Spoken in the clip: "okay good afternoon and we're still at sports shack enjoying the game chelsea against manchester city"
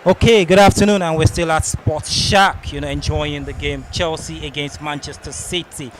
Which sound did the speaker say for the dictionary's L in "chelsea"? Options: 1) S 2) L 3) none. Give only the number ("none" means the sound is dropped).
2